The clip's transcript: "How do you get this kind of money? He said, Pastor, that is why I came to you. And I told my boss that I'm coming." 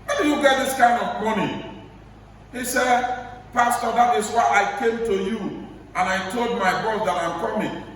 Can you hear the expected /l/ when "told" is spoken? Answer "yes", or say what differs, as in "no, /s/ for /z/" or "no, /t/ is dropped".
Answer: yes